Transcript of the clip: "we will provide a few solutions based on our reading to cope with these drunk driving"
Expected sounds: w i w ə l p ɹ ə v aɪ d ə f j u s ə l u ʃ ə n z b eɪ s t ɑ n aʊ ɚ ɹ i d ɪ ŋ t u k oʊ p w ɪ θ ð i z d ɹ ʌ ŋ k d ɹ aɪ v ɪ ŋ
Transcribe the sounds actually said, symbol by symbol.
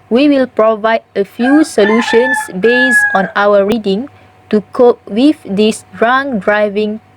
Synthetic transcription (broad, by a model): w i w ə l p ɹ ə v aɪ d ə f j u s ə l u ʃ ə n s b eɪ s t ɑ n aʊ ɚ ɹ i d ɪ ŋ t u k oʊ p w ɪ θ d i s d ɹ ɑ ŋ d ɹ aɪ v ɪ ŋ